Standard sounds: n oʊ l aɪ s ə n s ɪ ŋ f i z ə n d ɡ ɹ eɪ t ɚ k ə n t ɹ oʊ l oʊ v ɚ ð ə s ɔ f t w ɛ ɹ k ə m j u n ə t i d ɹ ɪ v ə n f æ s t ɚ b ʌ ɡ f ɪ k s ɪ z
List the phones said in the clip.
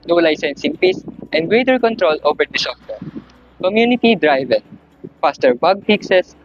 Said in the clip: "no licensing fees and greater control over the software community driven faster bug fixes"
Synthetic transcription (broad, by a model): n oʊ l aɪ s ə n s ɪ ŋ p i s ə n d ɡ ɹ eɪ t ɚ k ə n t ɹ oʊ l oʊ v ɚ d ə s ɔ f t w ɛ ɹ k ə m j u n ə t i d ɹ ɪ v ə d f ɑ s t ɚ b ʌ ɡ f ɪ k s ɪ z